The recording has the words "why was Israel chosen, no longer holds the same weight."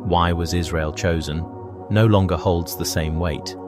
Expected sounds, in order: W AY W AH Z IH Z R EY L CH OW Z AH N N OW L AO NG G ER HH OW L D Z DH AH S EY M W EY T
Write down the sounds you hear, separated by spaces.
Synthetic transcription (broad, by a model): W AY W AH Z IH Z R EY L CH OW Z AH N N OW L AO NG G ER HH OW L D Z DH AH S EY M W EY T